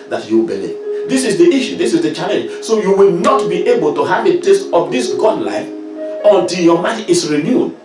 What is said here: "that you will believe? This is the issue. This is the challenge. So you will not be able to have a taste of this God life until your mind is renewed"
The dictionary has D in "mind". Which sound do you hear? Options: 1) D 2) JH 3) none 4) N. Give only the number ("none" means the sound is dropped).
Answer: 3